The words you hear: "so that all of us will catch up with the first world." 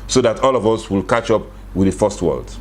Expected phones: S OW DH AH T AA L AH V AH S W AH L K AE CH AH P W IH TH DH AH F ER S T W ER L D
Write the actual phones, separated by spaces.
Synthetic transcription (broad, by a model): S OW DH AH T AA L AH V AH S W AH L K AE CH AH P W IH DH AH F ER S T W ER L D